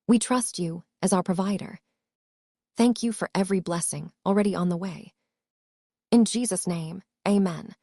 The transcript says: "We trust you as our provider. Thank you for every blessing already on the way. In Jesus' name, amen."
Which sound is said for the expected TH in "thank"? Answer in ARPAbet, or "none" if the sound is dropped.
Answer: TH